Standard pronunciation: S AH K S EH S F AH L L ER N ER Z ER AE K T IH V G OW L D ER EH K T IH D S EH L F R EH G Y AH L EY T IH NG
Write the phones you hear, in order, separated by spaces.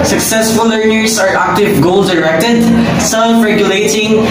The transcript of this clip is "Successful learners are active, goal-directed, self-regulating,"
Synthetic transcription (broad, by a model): S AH K S EH S F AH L L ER N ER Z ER AE K T IH V G OW L D ER EH K T IH D S EH L F R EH G Y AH L EY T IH NG